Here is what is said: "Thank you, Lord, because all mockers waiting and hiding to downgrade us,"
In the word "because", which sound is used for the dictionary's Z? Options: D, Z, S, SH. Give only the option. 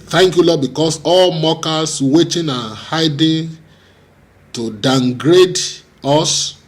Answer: S